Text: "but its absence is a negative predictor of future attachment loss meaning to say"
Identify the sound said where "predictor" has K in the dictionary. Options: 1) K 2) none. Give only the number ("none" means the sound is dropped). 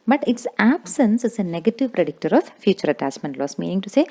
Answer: 1